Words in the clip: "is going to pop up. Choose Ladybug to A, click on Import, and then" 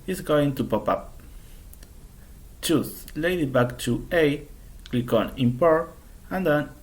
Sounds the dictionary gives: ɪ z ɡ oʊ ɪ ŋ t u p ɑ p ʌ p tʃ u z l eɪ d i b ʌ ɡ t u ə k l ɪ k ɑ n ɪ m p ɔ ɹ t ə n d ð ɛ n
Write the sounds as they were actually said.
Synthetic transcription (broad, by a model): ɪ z ɡ oʊ ɪ ŋ t u p ɑ p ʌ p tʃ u s l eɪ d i b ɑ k t u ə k l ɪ k ɑ n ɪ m p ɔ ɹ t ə n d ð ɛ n